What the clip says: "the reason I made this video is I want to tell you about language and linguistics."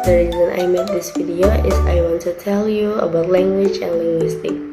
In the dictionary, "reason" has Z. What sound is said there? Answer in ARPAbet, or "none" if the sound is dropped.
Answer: Z